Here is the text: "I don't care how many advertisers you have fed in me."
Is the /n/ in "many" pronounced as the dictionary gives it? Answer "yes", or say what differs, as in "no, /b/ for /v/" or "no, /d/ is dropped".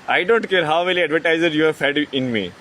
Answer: no, /l/ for /n/